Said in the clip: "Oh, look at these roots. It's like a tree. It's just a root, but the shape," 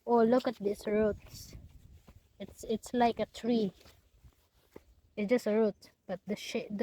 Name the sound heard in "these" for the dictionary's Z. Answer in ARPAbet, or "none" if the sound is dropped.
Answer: S